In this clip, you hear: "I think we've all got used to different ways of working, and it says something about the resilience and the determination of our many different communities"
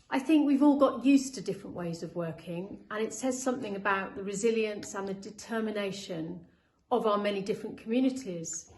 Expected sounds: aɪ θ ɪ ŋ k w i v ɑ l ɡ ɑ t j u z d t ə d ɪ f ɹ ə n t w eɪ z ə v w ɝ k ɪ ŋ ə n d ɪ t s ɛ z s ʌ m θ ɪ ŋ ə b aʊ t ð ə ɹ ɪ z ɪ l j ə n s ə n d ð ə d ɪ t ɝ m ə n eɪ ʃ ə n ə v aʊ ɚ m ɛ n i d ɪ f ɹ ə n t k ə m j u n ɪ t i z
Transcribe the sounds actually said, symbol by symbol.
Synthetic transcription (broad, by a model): aɪ θ ɪ ŋ k w i v ɑ l ɡ ɑ t j u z t ə d ɪ f ɹ ə n t w eɪ z ə v w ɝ k ɪ ŋ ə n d ɪ t s ɛ z s ʌ m θ ɪ ŋ ə b aʊ t ð ə ɹ ɪ z ɪ l j ə n s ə n ð ə d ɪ t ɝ m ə n eɪ ʃ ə n ə v aʊ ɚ m ɛ n i d ɪ f ɹ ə n k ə m j u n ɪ t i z